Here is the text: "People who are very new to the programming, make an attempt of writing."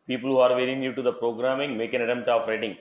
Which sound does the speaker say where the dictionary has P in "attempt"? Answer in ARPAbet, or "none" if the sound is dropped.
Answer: none